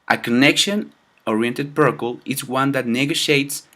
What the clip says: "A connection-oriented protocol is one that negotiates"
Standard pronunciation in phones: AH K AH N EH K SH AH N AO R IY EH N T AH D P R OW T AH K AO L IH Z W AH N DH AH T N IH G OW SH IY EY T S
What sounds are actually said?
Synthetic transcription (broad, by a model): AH K AH N EH K SH AH N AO R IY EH N T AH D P OW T K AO L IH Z W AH N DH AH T N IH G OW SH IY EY T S